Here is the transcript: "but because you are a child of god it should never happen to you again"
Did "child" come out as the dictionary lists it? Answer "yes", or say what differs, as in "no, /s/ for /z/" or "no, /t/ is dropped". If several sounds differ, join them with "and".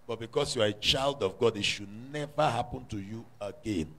yes